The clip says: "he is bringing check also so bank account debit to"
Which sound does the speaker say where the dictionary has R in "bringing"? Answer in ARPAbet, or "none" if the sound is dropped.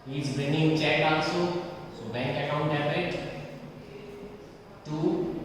none